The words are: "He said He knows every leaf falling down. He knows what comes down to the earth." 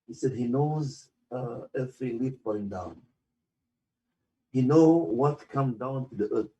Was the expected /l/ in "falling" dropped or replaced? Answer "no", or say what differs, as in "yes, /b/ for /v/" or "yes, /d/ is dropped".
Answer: yes, /l/ is dropped